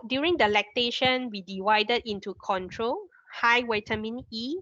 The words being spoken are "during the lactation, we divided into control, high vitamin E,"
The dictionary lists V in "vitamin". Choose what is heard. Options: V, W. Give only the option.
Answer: W